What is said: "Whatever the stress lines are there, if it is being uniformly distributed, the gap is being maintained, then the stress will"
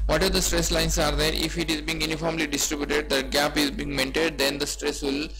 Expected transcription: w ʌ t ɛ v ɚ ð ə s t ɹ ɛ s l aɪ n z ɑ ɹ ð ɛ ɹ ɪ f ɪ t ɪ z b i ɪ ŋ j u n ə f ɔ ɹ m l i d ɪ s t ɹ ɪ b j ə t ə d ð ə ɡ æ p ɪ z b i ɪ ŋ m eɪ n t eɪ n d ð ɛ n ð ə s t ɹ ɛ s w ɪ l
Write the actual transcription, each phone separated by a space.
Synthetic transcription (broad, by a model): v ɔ t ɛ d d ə s t ɹ ɛ s l aɪ n s ɑ ɹ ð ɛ ɹ ɪ f ɪ t ɪ z b i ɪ ŋ j u n ə f ɔ ɹ m l i d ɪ s t ɹ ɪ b j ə t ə d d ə ɡ æ p ɪ z b i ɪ ŋ m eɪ n t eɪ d d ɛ n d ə s t ɹ ɛ s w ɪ l